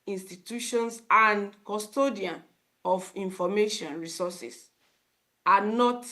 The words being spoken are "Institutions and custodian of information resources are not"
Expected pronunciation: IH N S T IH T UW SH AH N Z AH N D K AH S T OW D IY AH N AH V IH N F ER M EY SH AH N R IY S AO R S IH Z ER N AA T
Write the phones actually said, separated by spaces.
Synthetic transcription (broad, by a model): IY N S T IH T UW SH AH N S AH N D K AH S T OW D IY AH N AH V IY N F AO M EY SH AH N R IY S AO S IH S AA N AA T